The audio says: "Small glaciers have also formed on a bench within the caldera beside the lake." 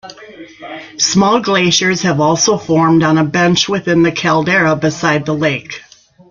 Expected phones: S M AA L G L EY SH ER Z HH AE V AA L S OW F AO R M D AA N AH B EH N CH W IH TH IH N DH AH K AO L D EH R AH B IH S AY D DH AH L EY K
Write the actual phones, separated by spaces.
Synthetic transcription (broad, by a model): S M AA L G L EY SH ER Z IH V AA L S OW F AO R M D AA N AH B EH N CH W IH TH IH N DH AH K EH L D EH R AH B IH S AY D DH AH L EY K